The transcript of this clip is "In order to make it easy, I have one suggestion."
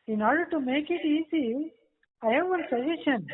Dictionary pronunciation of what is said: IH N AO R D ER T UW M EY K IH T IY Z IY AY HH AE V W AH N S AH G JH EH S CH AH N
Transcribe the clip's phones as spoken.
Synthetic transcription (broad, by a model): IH N AO R D ER T UW M EY K IH T IY Z IY AY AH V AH L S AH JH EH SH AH N